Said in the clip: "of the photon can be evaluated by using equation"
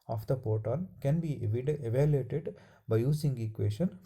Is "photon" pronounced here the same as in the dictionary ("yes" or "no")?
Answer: no